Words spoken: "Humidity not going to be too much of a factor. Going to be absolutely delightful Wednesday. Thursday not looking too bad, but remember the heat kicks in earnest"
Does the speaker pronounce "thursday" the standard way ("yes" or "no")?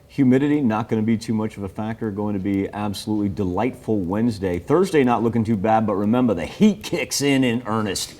yes